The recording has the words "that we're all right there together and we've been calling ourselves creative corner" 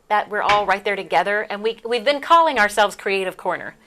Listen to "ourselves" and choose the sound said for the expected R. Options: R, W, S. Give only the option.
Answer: R